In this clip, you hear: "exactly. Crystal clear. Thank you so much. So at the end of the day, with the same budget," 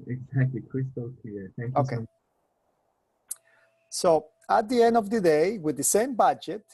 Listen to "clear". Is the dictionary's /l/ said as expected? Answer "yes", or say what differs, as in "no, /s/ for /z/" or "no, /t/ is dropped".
no, /l/ is dropped